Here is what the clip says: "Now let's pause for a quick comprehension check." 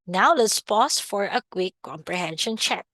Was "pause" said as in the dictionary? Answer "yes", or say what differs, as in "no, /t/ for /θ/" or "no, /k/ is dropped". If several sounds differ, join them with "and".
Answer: no, /s/ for /z/